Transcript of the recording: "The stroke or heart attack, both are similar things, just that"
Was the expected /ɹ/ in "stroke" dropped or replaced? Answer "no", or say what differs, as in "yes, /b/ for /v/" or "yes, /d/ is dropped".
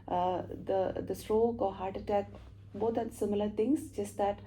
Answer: no